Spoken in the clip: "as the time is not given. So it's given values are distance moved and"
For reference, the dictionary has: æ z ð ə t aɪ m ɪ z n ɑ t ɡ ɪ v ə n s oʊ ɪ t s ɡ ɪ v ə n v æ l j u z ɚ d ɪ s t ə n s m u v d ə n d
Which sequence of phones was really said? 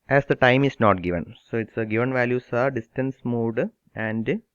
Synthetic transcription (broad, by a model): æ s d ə t aɪ m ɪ s n ɑ t ɡ ɪ v ə n s oʊ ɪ t s ɡ ɪ v ə n v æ l j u s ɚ d ɪ s t ə n s m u d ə n d